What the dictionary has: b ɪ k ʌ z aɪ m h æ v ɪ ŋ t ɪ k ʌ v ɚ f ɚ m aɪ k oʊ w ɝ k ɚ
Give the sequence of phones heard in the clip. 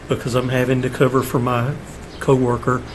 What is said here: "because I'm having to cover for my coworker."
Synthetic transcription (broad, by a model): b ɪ k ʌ z aɪ m h æ v ɪ ŋ t ɪ k ʌ v ɚ f ɚ m aɪ k oʊ w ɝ k ɚ